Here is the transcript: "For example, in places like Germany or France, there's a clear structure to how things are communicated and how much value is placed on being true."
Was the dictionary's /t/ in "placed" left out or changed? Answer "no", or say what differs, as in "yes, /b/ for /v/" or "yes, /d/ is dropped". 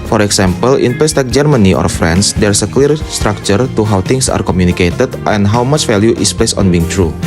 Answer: yes, /t/ is dropped